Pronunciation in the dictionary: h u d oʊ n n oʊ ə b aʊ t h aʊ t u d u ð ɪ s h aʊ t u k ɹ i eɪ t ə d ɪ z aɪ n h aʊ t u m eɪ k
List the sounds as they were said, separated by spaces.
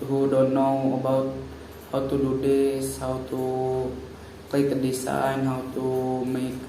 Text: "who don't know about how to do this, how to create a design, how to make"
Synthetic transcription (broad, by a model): h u d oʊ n n oʊ ə b aʊ t h aʊ t u d u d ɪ s h aʊ t u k l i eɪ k ə d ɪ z aɪ n h aʊ t u m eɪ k